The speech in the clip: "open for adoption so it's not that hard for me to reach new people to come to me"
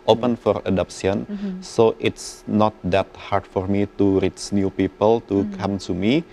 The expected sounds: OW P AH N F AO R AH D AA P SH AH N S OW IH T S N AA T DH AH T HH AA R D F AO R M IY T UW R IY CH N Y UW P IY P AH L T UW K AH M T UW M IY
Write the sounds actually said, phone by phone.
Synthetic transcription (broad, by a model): OW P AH N F AO R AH D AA P S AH N S OW IH T S N AA T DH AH T HH AA R D F AO R M IY T UW R IY CH N Y UW P IY P AH L T UW K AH M T UW M IY